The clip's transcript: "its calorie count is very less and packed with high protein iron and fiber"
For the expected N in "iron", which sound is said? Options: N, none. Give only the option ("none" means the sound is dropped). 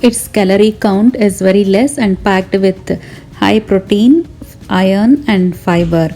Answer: N